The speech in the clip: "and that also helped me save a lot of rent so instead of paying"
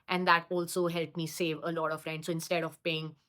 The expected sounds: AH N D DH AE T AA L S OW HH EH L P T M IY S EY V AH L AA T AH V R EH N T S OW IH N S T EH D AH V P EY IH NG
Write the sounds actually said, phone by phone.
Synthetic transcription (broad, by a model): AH N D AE T AA L S OW HH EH L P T M IY S EY V AH L AA T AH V R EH N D S OW IH N S T EH D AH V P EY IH NG